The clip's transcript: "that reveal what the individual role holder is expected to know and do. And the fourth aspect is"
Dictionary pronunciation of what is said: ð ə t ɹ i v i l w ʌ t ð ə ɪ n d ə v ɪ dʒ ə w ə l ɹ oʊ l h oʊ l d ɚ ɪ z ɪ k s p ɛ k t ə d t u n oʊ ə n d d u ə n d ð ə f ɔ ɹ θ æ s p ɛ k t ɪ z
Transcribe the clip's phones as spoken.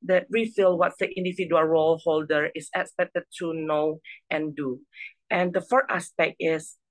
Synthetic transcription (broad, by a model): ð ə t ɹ i f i l w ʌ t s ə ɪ n d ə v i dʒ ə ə l ɹ oʊ l h oʊ l d ɚ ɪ s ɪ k s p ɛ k t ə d t u n oʊ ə n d d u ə n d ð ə f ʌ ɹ t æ s p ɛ k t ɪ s